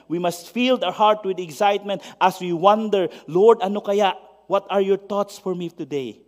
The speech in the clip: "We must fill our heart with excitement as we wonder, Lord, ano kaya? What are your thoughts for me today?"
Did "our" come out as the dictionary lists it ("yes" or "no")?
no